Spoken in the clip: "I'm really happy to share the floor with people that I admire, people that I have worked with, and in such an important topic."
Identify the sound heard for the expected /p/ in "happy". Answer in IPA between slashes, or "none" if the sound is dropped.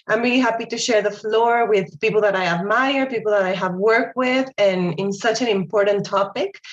/p/